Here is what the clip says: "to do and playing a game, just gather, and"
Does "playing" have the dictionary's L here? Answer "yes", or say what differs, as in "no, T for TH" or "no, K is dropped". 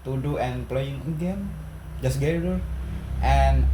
yes